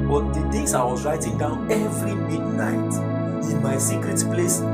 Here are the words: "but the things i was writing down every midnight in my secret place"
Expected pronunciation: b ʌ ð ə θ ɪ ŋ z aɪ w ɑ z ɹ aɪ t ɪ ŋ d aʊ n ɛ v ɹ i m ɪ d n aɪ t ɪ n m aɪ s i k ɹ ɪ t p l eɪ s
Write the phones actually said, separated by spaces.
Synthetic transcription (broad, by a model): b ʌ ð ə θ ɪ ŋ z aɪ w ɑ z ɹ aɪ t ɪ ŋ d aʊ n ɛ v ɹ i m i d n aɪ t ɪ n m aɪ s i k ɹ ɪ t p l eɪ s